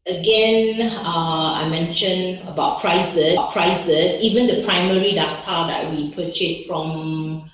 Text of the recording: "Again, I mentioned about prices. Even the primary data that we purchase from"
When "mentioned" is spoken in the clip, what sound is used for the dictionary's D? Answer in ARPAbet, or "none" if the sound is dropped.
none